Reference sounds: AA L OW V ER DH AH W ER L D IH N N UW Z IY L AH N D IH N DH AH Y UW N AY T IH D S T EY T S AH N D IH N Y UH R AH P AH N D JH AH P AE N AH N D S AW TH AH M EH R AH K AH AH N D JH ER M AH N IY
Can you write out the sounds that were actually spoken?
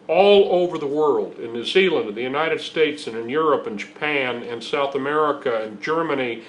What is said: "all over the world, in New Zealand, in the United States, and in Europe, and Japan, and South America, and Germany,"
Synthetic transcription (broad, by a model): AA L OW V ER DH AH W ER L D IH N N UW Z IY L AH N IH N DH AH Y UW N AY T IH D S T EY T S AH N IH N Y UH R AH P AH N JH AH P AE N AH N S AW TH AH M EH R AH K AH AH N JH ER M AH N IY